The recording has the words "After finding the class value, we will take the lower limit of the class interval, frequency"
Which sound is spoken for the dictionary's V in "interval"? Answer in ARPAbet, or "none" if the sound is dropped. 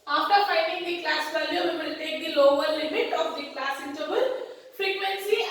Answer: B